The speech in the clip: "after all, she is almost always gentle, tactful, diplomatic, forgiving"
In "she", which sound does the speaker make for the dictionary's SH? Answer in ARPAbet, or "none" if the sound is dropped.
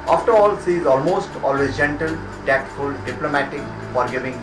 S